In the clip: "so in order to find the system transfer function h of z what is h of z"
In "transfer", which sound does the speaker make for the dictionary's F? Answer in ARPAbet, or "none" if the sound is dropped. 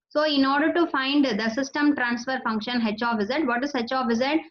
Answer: F